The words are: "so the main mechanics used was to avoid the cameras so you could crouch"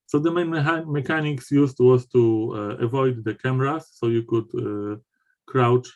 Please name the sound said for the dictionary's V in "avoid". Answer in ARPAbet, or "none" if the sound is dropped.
V